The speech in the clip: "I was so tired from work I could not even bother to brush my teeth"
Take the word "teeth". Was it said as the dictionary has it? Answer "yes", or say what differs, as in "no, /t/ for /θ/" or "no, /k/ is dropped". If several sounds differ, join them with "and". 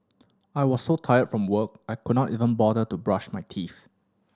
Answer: no, /f/ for /θ/